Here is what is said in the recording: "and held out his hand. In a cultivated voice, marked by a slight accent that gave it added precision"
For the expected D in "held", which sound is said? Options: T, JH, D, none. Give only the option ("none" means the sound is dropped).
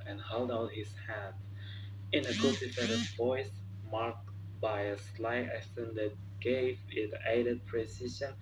D